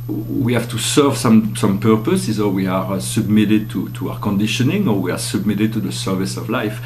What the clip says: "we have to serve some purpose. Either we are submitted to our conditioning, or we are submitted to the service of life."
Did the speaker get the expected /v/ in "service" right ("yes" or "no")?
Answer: yes